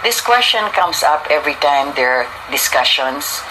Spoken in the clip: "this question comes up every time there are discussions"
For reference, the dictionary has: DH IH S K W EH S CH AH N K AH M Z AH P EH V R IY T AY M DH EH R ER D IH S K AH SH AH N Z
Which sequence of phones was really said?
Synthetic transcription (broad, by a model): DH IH S K W EH S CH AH N K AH M S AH P EH V R IY T AY M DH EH R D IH S K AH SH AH N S